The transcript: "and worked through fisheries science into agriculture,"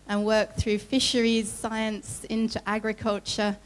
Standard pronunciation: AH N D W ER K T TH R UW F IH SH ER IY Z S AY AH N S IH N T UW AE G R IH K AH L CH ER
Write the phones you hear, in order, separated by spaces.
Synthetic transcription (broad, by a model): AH N W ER K TH R UW F IH SH ER IY Z S AY AH N S IH N T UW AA G R IH K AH L CH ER